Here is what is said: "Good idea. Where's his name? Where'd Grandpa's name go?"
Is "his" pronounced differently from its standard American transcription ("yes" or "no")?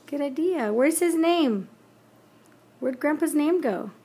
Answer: no